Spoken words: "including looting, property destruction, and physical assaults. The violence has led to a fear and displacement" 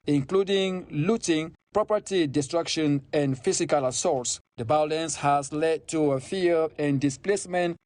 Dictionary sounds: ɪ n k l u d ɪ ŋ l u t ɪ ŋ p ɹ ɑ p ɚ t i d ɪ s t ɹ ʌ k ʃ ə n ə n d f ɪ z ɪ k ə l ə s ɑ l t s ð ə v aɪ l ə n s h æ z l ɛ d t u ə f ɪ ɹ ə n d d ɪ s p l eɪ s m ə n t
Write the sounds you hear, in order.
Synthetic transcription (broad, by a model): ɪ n k l u d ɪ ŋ l u t ɪ ŋ p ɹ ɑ p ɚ t i d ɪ s t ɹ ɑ k ʃ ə n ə n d f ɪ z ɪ k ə l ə s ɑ t s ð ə b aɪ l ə n s h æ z l ɛ d t u ə f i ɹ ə n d d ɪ s p l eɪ s m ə n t